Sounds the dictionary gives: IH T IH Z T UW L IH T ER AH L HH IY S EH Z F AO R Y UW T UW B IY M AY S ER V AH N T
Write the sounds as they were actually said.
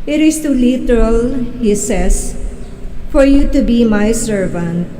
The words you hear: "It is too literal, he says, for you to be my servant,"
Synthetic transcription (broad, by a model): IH T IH S T UW L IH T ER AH L HH IY S EH S F AO R Y UW T UW B IY M AY S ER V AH N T